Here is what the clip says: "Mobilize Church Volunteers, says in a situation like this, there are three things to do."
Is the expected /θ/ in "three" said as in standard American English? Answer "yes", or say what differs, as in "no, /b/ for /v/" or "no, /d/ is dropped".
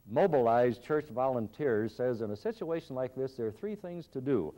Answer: yes